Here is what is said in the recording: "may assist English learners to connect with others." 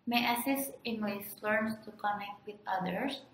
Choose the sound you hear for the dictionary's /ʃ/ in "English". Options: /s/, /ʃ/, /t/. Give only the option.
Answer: /s/